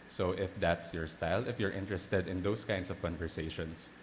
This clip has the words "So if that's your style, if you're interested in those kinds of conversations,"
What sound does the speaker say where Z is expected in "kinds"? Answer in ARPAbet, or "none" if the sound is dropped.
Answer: S